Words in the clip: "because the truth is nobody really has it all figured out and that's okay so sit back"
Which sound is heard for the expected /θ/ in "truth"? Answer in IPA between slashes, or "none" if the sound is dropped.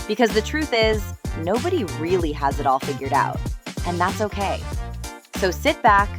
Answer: /θ/